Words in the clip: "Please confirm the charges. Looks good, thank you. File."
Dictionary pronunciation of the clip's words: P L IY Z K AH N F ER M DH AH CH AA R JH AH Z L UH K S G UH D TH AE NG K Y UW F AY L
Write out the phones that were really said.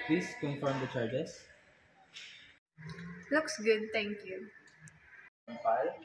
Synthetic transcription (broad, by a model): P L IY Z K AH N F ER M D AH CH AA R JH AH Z L UH K S G UH D T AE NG K Y UW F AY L